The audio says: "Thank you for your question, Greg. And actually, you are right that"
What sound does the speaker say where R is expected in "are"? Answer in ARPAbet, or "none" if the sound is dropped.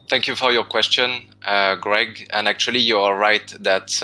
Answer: L